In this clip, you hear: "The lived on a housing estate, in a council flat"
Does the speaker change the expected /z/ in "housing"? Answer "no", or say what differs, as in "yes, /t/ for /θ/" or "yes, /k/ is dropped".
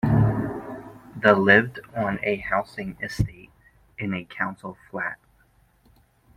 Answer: yes, /s/ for /z/